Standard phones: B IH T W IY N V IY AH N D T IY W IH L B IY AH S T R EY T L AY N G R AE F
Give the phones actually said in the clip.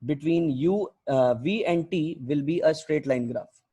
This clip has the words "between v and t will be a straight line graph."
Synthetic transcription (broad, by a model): B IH T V IY N V IY AH N D T IY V IH L B IY AH S T R EY T L AY N G R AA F